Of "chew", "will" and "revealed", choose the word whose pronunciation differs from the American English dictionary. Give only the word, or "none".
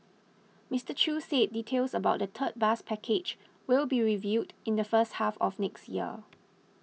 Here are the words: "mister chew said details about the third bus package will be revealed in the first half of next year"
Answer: revealed